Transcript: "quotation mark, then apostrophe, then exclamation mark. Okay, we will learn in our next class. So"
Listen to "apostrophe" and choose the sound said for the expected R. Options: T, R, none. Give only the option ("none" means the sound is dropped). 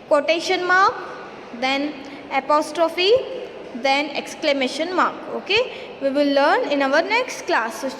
R